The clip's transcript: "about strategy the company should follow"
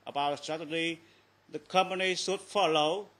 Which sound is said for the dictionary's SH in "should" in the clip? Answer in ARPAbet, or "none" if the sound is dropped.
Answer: S